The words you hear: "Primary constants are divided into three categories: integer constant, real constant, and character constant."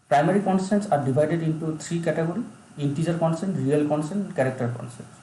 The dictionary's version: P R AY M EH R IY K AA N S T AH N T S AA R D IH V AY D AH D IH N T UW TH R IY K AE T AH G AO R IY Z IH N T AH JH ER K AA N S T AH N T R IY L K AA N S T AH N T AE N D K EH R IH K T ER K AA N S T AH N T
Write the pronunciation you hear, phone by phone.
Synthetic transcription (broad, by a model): P R AY M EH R IY K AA N S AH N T S AA R D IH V AY D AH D IH N T UW T R IY K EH T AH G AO R IY IY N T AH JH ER K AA N S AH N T R IY L K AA N S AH N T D K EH R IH K T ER K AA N S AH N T